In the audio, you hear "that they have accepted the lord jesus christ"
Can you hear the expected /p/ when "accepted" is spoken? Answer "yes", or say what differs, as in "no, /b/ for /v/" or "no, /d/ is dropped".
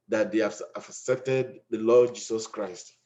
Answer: yes